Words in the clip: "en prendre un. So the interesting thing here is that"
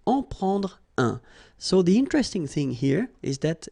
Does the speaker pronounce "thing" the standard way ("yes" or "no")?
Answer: yes